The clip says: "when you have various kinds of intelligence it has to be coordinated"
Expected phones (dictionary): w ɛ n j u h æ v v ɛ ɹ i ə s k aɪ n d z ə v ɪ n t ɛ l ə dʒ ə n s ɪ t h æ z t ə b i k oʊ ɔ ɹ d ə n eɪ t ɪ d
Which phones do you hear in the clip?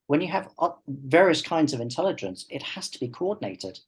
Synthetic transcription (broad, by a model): w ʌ n j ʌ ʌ v v ɛ ɹ i ə s k aɪ n d z ə v ɪ n t ɛ l ə dʒ ə n s ɪ t h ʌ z t ə b i k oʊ ɔ d n eɪ t ɪ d